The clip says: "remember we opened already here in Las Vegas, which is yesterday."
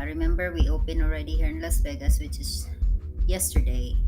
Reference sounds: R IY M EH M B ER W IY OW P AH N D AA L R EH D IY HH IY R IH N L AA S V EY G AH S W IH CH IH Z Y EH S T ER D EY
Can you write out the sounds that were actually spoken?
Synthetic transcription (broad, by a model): R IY M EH M B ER W IY OW P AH N AA L R EH D IY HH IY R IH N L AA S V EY G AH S W IH CH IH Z Y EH S T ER D EY